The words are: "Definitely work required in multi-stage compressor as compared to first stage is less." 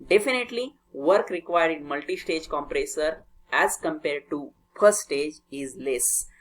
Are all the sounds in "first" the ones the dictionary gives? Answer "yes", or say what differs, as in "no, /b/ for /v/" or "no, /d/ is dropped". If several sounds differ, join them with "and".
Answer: no, /s/ is dropped